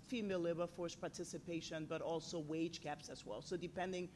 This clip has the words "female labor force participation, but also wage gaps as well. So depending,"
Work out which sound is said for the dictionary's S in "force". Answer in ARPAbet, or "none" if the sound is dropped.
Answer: S